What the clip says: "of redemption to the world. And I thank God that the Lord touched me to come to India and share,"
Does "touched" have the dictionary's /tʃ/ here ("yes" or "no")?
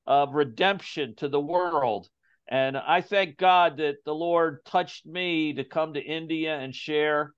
yes